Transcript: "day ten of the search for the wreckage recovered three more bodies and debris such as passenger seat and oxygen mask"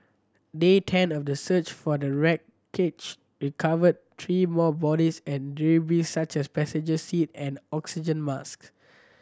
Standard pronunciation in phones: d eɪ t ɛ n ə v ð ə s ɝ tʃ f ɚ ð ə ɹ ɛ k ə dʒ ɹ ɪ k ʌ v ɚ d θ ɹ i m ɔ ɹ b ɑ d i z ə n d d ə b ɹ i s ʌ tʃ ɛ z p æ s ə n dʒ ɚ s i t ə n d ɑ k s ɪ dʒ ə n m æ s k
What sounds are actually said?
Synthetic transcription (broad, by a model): d eɪ t ɛ n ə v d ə s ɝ tʃ f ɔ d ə ɹ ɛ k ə tʃ ɹ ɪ k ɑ v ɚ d t ɹ i m ɔ b ɑ d i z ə n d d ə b i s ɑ tʃ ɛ s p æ s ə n dʒ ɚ s i t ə n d ɑ k s ɪ dʒ ə n m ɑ s k